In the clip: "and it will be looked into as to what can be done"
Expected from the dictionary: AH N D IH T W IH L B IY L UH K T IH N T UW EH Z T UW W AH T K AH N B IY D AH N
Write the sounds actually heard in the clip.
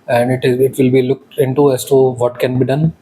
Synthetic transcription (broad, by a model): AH N D IH T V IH L B IY L UH K T IH N T UW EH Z T UW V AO T K AH N B IY D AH N